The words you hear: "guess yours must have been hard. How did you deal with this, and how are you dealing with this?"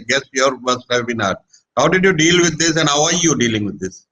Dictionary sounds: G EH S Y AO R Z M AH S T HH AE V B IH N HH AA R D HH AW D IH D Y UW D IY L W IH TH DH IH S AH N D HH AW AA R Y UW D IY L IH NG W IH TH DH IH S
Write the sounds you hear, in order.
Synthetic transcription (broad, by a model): G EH S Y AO R M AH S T HH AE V B IH N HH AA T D HH AW D IH D Y UW D IY L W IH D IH S AH N D HH AW AA R Y UW D IY L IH NG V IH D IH S